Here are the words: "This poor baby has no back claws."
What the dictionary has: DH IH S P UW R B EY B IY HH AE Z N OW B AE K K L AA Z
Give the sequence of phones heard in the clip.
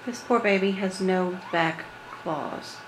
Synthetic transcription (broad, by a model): DH IH S P UW R B EY B IY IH Z N OW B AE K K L AA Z